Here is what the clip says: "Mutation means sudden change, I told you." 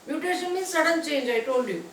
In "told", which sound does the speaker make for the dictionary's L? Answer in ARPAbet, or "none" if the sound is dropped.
N